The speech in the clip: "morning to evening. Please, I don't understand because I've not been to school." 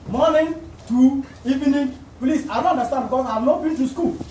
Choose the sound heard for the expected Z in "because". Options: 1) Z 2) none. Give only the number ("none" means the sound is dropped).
2